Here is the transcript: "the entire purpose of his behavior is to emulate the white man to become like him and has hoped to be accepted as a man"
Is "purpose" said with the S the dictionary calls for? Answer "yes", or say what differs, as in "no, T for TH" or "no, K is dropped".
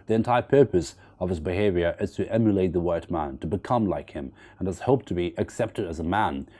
yes